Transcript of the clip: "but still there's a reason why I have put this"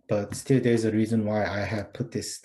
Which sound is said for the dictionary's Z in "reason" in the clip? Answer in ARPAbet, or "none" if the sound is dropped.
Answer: Z